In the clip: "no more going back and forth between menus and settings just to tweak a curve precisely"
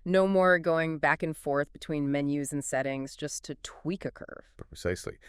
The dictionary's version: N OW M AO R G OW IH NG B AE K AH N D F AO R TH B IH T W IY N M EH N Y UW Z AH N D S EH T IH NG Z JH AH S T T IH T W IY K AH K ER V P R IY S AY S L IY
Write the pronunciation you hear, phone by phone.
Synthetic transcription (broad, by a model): N OW M AO R G OW IH NG B AE K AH N F AO R TH B IH T W IY N M EH N Y UW Z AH N S EH T IH NG Z JH AH S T T IH T W IY K AH K ER V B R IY S AY S L IY